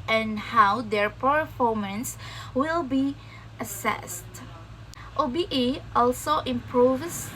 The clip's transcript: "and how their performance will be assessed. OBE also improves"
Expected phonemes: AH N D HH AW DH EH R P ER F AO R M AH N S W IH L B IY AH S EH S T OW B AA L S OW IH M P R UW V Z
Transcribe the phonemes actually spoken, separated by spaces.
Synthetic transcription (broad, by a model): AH N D HH AW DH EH R P ER F AO R M AH N S W IH L B IY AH S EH S T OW B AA L S OW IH M P R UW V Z